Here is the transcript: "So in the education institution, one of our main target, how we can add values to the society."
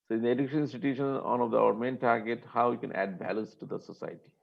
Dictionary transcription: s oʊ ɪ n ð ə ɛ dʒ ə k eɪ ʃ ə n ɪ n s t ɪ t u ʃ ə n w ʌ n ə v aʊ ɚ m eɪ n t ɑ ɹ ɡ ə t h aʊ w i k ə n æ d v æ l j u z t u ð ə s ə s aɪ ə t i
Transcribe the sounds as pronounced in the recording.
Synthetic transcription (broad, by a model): s oʊ ɪ n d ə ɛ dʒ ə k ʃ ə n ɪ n s t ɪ t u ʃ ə n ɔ n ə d aʊ ɚ m eɪ n t ɑ ɹ ɡ ə t h aʊ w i k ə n æ d b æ l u s t u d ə s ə s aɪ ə t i